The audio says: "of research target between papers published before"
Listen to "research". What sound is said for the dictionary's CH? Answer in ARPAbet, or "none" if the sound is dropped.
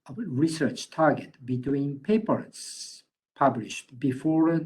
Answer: CH